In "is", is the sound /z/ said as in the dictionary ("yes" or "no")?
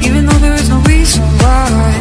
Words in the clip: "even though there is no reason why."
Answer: yes